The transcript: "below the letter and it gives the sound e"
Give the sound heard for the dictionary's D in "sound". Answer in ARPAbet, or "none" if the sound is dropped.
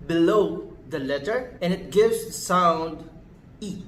D